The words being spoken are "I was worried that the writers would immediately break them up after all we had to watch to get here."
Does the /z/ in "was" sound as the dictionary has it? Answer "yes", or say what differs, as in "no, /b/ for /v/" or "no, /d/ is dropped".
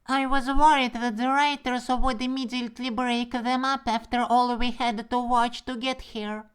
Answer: yes